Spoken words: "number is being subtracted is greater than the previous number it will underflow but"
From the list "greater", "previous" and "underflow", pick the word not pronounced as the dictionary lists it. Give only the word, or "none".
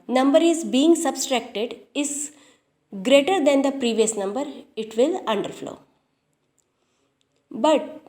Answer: none